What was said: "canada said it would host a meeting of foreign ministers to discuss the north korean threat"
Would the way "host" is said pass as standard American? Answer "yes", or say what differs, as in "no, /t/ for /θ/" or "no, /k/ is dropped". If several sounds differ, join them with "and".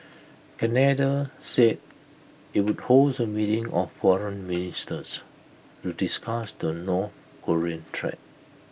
no, /t/ is dropped